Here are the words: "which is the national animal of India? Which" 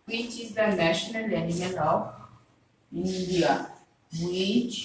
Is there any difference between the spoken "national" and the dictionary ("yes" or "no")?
no